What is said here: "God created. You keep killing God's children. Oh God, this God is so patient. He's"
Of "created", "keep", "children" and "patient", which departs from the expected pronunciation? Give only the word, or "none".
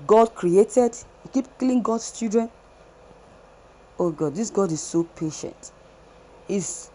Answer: children